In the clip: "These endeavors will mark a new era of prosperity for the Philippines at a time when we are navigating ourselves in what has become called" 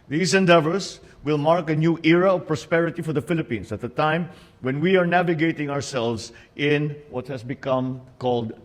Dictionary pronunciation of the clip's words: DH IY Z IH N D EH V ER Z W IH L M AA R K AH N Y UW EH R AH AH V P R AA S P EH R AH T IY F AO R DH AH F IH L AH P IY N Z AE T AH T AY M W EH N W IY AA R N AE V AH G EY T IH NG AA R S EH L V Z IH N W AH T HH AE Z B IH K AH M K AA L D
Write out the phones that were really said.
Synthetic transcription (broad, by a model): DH IY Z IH N D EH V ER S W IH L M AA R K AH N Y UW EH R AH AH V P R AA S P EH R AH T IY F AO R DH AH F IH L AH P IY N S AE T AH T AY M W EH N W IY AA R N AE V AH G EY T IH NG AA R S EH L V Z IH N W AH T HH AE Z B IH K AH M K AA L D